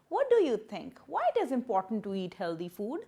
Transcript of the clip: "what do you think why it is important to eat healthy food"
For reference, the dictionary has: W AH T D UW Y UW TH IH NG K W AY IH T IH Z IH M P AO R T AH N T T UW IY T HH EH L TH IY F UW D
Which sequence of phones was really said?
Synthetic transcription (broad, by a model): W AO T D UW Y UW T IH NG K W AY IH T IH Z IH M P AO R T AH N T T UW IY T HH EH L T IY F UW D